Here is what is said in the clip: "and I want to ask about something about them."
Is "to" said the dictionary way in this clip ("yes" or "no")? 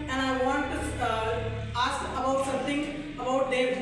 no